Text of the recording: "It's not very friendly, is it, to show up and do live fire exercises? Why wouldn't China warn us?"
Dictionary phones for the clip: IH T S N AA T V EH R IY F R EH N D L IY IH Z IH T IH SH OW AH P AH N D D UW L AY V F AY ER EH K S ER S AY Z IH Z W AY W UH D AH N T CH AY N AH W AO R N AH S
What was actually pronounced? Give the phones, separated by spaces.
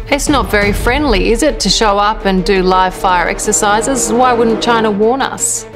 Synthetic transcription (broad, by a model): IH T S N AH T V EH R IY F R EH N D L IY IH Z IH T IH SH OW AH P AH N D D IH L AY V F AY ER EH K S ER S AY Z IH Z W AY W UH D N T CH AY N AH W AO R N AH S